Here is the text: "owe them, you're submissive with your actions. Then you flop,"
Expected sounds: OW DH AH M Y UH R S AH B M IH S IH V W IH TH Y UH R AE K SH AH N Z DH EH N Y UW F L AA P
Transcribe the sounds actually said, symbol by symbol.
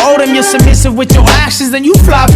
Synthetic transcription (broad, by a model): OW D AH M Y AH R S AH B M IH S IH V W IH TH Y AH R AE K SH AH Z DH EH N Y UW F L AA